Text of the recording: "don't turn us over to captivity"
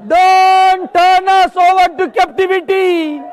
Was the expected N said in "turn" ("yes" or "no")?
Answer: yes